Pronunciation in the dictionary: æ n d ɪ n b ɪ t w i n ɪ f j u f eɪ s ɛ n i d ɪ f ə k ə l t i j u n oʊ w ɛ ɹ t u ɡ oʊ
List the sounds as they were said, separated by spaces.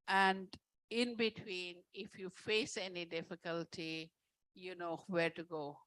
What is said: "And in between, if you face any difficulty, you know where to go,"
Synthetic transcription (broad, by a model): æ n d ɪ n b ɪ t w i n ɪ f j u f eɪ s ɛ n i d ɪ f ə k ə l t i j u n oʊ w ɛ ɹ t u ɡ oʊ